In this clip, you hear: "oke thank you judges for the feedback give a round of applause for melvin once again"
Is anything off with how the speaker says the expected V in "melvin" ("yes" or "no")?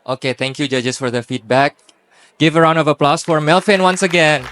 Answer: yes